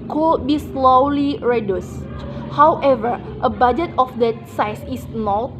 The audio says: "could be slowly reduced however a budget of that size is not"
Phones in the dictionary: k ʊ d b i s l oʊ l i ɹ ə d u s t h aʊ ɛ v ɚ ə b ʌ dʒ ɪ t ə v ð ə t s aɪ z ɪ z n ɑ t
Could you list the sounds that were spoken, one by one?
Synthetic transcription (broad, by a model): k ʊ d b i s l oʊ l i ɹ ə d u s t h aʊ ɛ v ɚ ə b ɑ dʒ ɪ t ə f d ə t s aɪ s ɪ s n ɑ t